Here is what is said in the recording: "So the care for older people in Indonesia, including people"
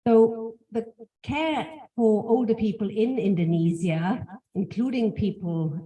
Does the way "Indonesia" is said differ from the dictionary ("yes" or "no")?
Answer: yes